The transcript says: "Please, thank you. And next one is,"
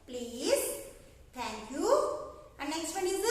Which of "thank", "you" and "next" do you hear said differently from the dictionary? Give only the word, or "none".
thank